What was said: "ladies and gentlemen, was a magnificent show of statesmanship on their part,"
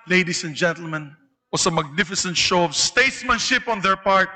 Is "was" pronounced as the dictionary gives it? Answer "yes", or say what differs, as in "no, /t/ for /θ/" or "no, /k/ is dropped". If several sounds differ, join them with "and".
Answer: no, /s/ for /z/